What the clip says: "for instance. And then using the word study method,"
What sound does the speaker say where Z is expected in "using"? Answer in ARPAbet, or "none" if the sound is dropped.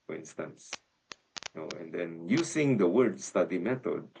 S